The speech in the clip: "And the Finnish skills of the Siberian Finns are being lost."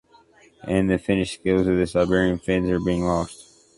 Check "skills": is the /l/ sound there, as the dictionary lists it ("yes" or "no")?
yes